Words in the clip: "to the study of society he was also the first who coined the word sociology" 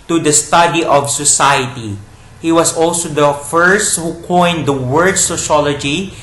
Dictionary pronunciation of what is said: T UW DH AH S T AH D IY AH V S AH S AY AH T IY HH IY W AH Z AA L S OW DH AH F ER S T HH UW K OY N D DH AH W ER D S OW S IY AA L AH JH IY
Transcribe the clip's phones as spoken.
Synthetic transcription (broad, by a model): T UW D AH S T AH D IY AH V S AH S AY AH T IY HH IY W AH S AA L S OW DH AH F ER S T HH UW K OY N D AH W ER D S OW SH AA L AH JH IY